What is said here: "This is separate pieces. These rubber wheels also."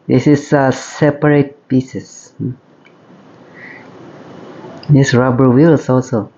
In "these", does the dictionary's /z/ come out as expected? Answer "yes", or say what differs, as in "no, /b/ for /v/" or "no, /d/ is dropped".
no, /s/ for /z/